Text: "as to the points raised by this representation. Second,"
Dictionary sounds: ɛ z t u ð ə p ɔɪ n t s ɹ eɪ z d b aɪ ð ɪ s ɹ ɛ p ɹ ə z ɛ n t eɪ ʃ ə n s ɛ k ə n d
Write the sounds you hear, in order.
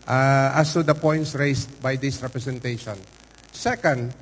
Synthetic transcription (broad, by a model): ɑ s t u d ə p ɔɪ n t s ɹ eɪ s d b aɪ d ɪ s ɹ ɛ p ɹ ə s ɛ n t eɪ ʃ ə n s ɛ k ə n d